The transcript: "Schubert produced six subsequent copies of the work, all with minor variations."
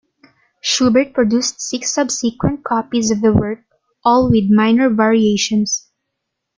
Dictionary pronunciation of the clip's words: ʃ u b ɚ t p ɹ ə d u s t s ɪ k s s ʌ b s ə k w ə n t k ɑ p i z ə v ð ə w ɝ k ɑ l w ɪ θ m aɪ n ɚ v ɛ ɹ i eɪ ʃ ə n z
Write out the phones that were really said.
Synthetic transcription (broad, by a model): ʃ u b ɚ t p ɹ ə d u s t s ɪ k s s ʌ b s ə k w ə n t k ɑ p i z ə v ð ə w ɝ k ɑ l w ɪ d m aɪ n ɚ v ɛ ɹ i eɪ ʃ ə n s